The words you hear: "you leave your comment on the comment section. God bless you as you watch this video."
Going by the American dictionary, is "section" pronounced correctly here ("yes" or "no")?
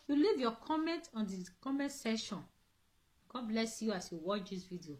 no